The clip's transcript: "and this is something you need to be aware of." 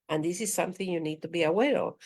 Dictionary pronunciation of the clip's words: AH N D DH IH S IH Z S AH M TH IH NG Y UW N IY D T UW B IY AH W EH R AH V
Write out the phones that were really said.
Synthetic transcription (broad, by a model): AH N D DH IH S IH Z S AH M TH IH NG Y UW N IY D T UW B IY AH W EH R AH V